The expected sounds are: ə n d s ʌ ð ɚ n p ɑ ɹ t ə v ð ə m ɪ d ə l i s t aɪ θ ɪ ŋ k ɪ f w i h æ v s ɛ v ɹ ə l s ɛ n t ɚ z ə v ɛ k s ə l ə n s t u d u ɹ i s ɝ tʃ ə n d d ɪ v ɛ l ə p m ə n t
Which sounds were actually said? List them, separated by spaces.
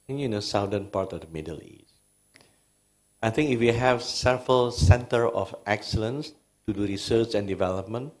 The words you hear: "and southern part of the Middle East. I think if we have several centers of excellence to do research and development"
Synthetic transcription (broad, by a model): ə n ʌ s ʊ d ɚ n p ɑ ɹ t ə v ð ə m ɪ d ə l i s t aɪ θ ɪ ŋ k ɪ f w i h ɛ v s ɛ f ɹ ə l s ɛ n t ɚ ə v ɛ k s ə l ə n s t u d u ɹ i s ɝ tʃ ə n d d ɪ v ɛ l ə p m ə n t